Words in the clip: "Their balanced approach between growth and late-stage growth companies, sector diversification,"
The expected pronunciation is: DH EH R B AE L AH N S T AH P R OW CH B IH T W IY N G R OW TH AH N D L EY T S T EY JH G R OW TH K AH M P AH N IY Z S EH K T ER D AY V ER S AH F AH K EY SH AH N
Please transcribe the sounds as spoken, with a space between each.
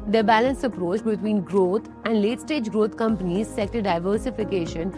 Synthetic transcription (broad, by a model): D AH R B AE L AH N S AH P R OW CH B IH T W IY N G R OW T AH N D L EY T S T EY JH G R OW T K AH M P AH N IY Z S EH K T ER D AY V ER S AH F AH K EY SH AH N